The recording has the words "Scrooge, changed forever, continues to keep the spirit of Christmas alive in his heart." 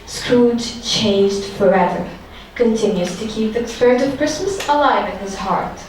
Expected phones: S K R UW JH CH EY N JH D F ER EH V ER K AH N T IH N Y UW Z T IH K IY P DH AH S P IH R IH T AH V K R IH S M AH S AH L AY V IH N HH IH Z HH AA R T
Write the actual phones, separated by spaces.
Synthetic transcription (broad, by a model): S K R UW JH CH EY N JH D F ER EH V ER K AH N T IH N Y UW Z T IH K IY P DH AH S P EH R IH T AH V K R IH S M AH S AH L AY V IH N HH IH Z HH AA R T